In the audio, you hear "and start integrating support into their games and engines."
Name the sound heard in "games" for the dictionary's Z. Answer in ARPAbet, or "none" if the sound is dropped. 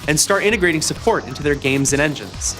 Z